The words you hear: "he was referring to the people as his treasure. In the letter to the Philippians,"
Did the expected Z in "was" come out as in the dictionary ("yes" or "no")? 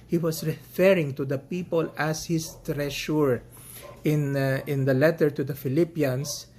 no